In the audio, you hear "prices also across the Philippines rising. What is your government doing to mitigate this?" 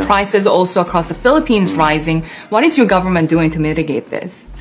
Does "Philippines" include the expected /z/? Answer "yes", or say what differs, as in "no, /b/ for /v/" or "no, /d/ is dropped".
yes